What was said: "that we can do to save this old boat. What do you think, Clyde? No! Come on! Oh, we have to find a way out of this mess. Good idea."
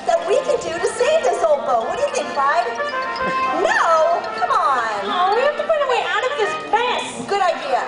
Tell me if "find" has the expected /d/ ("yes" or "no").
no